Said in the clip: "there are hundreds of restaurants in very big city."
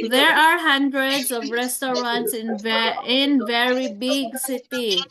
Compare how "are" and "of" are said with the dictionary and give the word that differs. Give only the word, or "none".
none